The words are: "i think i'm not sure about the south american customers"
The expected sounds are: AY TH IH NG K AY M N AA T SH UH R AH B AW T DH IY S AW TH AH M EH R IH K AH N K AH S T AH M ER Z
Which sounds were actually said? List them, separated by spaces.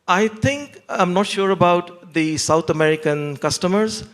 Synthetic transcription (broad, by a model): AY T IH NG K AY M N AA T SH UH R AH B AW T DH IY S AW T AH M EH R IH K AH N K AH S T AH M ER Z